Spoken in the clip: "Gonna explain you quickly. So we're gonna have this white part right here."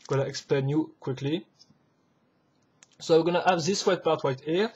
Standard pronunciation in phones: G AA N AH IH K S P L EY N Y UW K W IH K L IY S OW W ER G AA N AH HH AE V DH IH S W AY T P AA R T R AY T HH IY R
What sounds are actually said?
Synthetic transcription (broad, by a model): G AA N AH IH K S P L EY N Y UW K W IH K L IY S OW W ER G AA N AH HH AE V DH IH S W AY T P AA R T W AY T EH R